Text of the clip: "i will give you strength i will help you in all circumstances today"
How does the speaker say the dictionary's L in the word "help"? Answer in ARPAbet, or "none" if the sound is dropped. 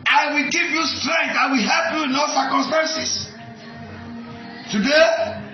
L